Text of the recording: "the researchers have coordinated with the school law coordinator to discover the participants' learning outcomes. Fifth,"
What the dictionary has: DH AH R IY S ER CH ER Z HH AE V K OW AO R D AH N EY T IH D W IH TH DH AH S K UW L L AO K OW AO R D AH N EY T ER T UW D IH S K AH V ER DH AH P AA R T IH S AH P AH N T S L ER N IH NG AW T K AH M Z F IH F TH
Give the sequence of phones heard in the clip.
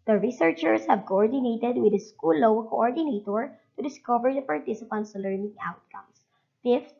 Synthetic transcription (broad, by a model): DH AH R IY S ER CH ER S HH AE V K OW AO R D AH N EY T IH D W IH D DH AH S K UW L W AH K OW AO R D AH N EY T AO T UW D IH S K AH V ER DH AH P AA R T IH S AH P AH N T S L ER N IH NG AW T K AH M S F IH F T